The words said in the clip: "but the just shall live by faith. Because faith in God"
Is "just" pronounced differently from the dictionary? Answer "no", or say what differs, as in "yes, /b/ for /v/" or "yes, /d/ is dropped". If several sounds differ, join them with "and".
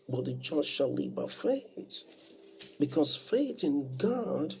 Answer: yes, /tʃ/ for /dʒ/